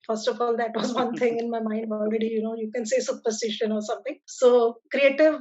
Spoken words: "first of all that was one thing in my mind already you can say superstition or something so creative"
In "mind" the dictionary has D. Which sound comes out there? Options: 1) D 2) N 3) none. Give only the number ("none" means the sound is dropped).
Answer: 1